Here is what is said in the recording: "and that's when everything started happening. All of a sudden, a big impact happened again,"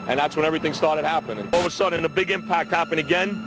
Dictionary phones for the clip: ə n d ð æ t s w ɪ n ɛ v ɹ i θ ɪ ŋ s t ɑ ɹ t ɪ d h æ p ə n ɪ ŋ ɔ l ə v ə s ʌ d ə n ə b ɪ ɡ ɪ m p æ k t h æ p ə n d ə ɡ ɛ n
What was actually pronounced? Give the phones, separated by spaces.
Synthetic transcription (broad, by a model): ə n ð æ t s w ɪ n ɛ v ɹ i θ ɪ ŋ s t ɑ ɹ t ɪ d h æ p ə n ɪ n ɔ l ə v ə s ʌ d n ə b ɪ ɡ ɪ m p æ k t h æ p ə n ə ɡ ɛ n